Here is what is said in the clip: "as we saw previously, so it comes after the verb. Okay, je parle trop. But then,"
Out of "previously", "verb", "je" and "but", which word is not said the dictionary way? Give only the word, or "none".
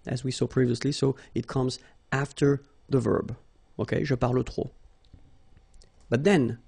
je